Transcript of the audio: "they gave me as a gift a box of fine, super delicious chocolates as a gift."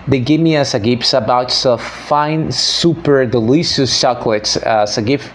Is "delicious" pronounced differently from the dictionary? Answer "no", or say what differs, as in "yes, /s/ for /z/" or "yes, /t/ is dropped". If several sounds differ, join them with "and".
yes, /s/ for /ʃ/